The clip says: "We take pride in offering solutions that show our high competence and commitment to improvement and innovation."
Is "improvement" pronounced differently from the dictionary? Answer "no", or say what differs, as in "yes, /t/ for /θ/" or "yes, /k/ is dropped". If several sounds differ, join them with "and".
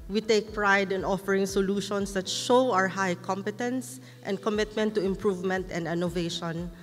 no